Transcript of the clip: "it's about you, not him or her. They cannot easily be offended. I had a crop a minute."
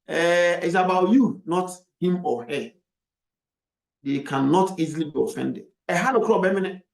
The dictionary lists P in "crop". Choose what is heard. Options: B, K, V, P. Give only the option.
B